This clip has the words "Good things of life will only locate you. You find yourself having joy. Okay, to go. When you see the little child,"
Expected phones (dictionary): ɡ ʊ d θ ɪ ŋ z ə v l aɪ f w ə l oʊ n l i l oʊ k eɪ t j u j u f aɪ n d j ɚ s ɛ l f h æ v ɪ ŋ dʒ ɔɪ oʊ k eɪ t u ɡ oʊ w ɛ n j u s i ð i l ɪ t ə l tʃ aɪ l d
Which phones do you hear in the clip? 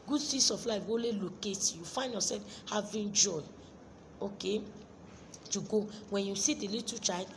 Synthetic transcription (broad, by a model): ɡ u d s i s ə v l aɪ f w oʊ l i l oʊ k eɪ t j j u f aɪ n d j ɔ s ɛ l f h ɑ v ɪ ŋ dʒ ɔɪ oʊ k eɪ t u ɡ oʊ w ɛ n j u s i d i l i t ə tʃ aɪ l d